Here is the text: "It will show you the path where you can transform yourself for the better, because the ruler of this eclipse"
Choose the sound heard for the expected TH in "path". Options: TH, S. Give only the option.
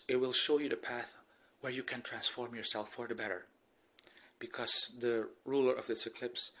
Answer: TH